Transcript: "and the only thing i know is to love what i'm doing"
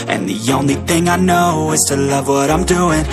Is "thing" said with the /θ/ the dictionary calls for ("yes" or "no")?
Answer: yes